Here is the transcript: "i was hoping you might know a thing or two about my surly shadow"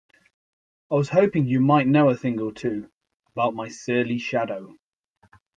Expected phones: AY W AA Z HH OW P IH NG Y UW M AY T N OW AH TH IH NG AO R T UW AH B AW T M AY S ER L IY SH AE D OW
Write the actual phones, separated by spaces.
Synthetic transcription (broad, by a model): AY W AA Z HH OW P IH NG Y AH M AY T N OW AH TH IH NG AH L T UW AH B AW T M AY S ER L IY SH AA D OW